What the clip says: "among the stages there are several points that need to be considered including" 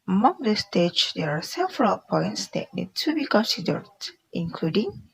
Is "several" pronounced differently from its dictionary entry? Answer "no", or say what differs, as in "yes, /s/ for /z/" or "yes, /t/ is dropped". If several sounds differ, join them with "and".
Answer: yes, /f/ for /v/